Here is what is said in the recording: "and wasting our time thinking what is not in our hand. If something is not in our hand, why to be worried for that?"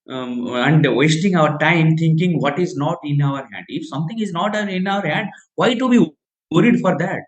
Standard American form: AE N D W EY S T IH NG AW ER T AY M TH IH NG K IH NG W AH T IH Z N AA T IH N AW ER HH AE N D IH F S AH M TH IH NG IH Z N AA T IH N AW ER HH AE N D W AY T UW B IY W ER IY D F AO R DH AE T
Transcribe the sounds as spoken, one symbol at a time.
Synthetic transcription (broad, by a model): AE N D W EY S T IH NG AW ER T AY M T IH NG K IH NG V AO T IH Z N AA T IH N AW ER HH AE N D IH F S AH M T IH NG IH Z N AA T IH N AW ER HH AE N D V AY T UW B IY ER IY D F AO R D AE T